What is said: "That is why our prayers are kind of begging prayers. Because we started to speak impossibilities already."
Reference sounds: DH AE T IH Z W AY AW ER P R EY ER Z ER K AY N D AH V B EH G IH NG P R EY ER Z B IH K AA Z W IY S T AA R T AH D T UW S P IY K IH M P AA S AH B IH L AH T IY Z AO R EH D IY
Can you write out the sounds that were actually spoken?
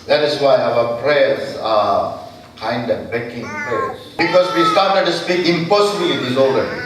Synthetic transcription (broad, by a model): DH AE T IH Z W AY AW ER P R EY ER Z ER K AY N D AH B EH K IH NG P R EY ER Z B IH K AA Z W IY S T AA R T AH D T UW S P IY K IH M P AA S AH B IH L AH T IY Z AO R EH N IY